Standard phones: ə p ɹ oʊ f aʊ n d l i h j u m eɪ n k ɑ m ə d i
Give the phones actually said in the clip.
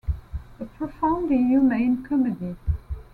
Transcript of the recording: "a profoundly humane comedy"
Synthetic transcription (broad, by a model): ə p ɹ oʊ f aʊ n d i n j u m eɪ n k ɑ m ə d i